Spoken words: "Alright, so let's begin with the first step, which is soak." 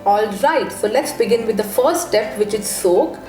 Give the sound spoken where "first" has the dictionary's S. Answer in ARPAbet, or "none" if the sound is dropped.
none